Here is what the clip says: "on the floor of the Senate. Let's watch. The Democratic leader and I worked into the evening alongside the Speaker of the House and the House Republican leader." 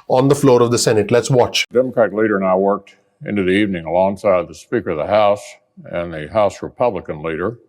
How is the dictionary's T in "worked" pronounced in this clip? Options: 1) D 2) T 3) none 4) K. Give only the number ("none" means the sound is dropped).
2